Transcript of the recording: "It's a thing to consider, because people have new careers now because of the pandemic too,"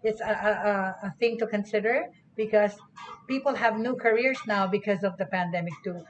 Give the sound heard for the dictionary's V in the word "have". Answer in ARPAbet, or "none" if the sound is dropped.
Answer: V